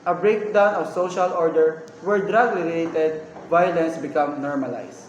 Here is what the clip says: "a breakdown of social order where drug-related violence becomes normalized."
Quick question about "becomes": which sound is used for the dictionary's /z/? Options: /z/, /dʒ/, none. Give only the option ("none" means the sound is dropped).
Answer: none